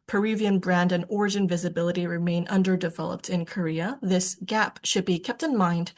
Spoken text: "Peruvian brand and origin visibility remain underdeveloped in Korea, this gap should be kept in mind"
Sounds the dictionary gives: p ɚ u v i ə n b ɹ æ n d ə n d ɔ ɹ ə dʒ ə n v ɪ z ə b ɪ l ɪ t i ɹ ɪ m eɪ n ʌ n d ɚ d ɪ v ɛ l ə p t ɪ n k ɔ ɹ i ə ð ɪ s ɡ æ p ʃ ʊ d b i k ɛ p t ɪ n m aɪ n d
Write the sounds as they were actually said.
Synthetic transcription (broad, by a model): p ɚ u v i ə n b ɹ æ n d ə n ɔ ɹ ə dʒ ə n v ɪ z ə b ɪ l ɪ t i ɹ ɪ m eɪ n ʌ n d ɚ d ɪ v ɛ l ə p t ɪ n k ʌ ɹ i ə ð ɪ s ɡ æ p ʃ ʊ d b i k ɛ p t ɪ n m aɪ n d